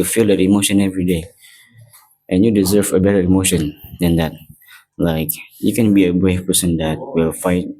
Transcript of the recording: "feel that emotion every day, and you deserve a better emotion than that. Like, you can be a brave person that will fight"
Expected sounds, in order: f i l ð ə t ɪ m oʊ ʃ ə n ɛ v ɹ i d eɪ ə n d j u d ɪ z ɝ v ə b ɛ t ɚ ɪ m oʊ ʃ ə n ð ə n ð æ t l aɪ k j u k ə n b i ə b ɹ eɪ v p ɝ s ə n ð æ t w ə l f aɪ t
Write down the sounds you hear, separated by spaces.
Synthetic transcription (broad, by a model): f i l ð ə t ɪ m oʊ ʃ ə n ɛ v ɹ i d eɪ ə n j u d ɪ z ɝ v ə b ɛ t ɚ ɪ m oʊ ʃ ə n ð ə n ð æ t l aɪ k j u k ə n b i ə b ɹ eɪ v p ɝ s ə n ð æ t w ə l f aɪ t